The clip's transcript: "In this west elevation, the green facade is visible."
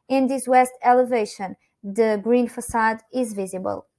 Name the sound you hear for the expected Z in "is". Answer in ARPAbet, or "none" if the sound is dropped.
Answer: Z